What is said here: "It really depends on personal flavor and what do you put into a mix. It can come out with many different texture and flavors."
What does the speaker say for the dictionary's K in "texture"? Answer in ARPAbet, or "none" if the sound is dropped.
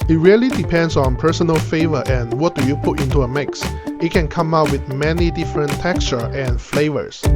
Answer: K